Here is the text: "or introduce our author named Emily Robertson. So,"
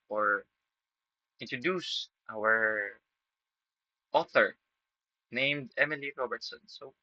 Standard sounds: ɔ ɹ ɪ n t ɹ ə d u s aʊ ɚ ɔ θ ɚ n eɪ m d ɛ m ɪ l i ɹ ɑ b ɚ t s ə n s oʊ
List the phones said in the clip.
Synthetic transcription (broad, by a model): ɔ ɹ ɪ n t ɹ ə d u s aʊ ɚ ɔ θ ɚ n eɪ m d ɛ m ɪ l i ɹ ɑ b ɚ t s ə n s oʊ